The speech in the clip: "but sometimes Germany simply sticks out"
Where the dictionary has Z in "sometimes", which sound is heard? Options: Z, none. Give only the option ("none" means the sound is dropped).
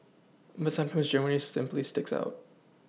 Z